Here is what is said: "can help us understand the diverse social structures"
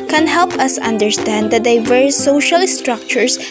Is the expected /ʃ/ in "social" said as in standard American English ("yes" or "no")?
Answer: yes